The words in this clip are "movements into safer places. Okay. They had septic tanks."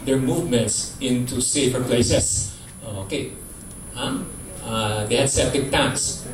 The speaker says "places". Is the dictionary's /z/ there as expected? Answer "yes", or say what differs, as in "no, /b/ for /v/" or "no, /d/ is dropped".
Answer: no, /s/ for /z/